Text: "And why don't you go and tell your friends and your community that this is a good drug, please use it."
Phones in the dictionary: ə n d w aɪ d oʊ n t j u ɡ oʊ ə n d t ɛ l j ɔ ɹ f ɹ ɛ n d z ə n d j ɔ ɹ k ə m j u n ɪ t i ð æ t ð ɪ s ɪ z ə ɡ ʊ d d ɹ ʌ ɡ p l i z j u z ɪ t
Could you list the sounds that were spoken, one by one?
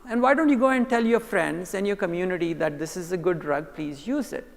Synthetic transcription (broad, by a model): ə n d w aɪ d oʊ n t j u ɡ oʊ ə n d t ɛ l j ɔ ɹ f ɹ ɛ n d z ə n j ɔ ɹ k ə m j u n ɪ t i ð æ t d ɪ s ɪ z ə ɡ ʊ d d ɹ ʌ ɡ p l i z j u z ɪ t